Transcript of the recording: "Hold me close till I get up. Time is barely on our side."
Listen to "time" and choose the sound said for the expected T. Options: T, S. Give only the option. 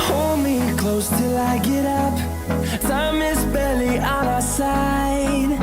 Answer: S